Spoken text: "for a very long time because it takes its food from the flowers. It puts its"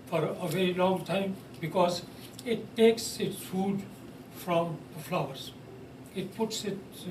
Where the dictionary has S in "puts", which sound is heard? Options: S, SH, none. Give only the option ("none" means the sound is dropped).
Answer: S